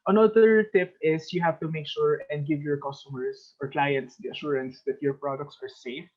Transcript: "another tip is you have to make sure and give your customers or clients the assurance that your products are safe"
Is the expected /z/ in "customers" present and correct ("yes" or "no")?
no